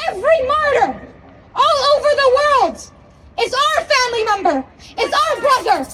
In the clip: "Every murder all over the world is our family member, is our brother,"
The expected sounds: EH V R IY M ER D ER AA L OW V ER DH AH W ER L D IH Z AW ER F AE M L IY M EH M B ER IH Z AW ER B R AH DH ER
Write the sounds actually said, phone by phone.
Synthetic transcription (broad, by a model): EH V R IY M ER D ER AA L OW V ER DH AH W ER L D IH Z AW ER F AE M L IY M EH M B ER IH Z AW ER B R AH DH ER